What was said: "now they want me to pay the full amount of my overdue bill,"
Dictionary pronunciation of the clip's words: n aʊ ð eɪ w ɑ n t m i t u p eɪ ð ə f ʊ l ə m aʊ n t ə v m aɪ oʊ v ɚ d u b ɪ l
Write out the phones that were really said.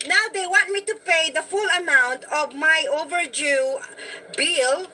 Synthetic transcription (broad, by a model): n aʊ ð eɪ w ɑ n t m i t u p eɪ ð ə f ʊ l ə m aʊ n t ə v m aɪ oʊ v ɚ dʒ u b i l